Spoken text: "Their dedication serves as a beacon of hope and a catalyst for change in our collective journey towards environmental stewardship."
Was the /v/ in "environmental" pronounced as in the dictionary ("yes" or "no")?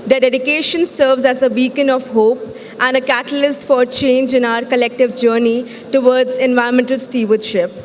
yes